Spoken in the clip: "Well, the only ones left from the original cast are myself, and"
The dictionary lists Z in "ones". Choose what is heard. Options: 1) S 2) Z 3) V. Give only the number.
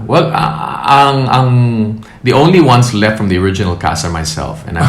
1